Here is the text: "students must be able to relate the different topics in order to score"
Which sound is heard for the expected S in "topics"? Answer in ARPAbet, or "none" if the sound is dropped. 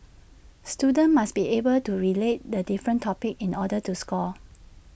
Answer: none